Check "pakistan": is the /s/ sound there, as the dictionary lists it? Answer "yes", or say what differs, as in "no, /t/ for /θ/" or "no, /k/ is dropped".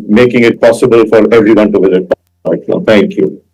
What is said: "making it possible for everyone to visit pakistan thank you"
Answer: no, /s/ is dropped